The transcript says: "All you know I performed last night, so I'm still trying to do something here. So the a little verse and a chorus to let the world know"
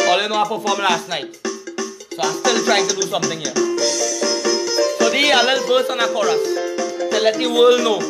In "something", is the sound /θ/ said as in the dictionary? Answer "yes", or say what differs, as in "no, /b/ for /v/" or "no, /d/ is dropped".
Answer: no, /t/ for /θ/